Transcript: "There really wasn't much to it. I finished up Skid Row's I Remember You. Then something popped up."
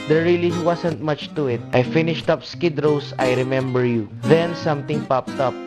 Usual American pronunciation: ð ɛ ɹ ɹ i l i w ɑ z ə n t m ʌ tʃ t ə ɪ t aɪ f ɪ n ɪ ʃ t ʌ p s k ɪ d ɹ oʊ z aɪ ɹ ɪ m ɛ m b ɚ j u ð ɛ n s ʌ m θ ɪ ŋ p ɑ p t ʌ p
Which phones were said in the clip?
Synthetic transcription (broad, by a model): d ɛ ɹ ɹ i l i w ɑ s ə n t m ʌ tʃ t ə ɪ t aɪ f ɪ n ɪ ʃ t ʌ p s k ɪ d ɹ oʊ s aɪ ɹ ɪ m ɛ m b ɚ j u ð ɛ n s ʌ m t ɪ ŋ p ɑ p t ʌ p